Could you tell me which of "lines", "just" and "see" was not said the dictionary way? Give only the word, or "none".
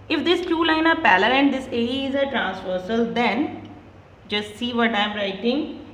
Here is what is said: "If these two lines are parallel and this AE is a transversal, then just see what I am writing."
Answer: lines